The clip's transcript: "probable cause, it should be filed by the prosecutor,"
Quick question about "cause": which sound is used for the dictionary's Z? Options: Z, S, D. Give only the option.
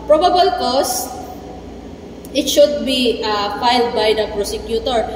S